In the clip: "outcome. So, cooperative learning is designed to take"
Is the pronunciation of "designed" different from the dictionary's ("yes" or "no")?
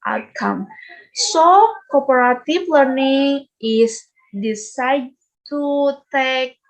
yes